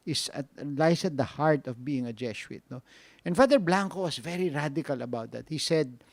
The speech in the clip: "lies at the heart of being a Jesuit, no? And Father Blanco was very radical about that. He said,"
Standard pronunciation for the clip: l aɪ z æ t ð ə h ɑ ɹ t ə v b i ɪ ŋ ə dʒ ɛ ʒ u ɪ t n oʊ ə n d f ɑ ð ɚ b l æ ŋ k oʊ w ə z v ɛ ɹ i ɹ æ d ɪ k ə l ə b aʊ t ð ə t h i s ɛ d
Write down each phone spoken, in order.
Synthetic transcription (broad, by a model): l aɪ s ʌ t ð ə h ɑ ɹ t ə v b i ɪ ŋ ə dʒ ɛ ʃ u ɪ t n oʊ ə n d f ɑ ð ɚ b l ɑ ŋ k oʊ w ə s v ɛ ɹ i ɹ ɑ d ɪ k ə l ə b aʊ t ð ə t h i s ɛ d